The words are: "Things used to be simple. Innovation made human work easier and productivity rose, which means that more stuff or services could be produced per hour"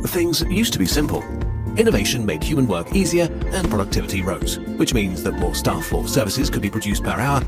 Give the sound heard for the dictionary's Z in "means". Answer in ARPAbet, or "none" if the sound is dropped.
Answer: Z